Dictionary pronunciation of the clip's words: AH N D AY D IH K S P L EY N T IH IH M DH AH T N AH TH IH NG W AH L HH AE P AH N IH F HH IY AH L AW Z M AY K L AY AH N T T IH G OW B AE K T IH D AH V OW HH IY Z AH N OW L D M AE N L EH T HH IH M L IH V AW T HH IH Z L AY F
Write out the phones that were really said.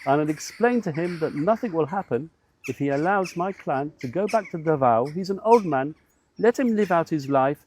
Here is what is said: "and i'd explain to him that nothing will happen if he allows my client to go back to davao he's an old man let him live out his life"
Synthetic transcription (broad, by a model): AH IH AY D IH K S P L EY N T IH IH M DH AH T N AH TH IH NG W AH L HH AE P AH N IH F HH IY AH L AW Z M AY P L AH N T T IH G OW B AE K T IH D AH V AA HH IY Z AH N OW L D M AE N L EH T HH IH M L IH V AW T HH IH Z L AY F